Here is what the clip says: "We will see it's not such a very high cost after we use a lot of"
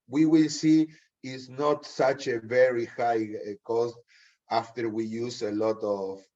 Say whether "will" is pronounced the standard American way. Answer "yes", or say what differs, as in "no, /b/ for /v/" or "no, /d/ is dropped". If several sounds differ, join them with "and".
yes